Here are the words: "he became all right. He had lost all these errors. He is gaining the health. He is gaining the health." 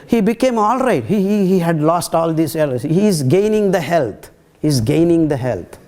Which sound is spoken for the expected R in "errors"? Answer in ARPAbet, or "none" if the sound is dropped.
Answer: L